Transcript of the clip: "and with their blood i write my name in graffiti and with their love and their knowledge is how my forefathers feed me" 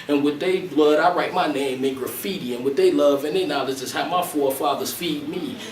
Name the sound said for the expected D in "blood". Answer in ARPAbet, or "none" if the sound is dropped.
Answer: D